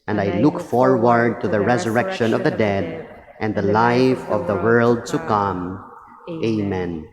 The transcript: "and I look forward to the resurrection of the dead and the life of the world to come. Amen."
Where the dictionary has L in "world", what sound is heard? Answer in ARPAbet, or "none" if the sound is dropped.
L